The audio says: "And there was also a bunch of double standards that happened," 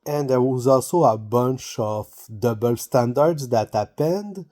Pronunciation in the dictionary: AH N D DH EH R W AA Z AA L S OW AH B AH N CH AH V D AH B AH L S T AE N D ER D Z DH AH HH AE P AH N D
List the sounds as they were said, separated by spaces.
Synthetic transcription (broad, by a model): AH N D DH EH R W AA Z AA L S OW AH B AH N CH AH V D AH B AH L S T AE N D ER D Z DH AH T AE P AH N D